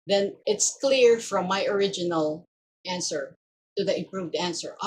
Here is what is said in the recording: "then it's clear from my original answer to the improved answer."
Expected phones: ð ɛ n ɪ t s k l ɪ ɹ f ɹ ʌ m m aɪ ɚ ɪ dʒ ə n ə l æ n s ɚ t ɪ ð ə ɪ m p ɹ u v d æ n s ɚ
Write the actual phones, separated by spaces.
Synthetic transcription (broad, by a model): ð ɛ n ɪ t s k l ɪ ɹ f ɹ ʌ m m aɪ ɚ ɪ dʒ ə n ə l æ n s ɚ t ɪ ð ə ɪ m p ɹ u v d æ n s ɚ